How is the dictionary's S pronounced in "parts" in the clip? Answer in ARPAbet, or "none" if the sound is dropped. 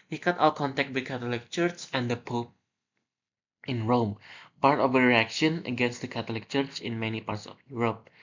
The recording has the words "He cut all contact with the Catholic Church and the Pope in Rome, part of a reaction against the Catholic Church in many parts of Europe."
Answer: S